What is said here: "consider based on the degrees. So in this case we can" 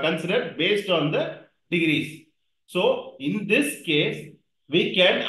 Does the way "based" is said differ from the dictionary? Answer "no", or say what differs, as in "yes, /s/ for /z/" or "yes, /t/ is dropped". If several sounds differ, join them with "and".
no